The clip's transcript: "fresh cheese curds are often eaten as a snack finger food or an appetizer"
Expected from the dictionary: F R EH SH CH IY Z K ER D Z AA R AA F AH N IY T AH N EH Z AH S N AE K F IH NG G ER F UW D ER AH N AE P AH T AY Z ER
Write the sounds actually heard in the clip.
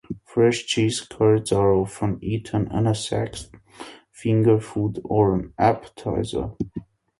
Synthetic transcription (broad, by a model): F R EH SH CH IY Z K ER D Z AA R AA F AH N IY T AH N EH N AH S AE K F IH NG G ER F UW D ER AH N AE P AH T AY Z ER